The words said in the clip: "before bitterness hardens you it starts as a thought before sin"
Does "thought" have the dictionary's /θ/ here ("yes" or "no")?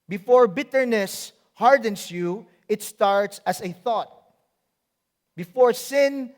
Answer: yes